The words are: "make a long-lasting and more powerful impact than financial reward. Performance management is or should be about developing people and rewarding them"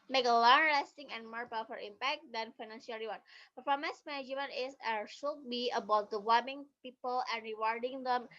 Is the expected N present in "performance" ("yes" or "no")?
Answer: no